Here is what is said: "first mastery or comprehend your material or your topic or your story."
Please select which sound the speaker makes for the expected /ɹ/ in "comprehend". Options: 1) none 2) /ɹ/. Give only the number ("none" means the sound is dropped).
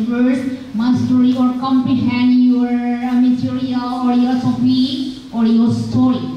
1